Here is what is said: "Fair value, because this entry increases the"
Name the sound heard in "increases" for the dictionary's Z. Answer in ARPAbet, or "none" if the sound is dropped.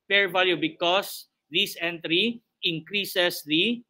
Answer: S